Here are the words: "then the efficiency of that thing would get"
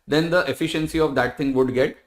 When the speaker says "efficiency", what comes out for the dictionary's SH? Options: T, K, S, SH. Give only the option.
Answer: SH